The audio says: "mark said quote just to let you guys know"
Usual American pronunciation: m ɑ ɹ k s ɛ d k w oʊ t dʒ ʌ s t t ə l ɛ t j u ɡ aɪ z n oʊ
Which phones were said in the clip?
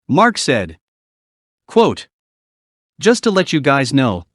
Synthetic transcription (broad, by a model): m ɑ ɹ k s ɛ d k w oʊ t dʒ ʌ s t t ə l ɛ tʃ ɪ ɡ aɪ z n oʊ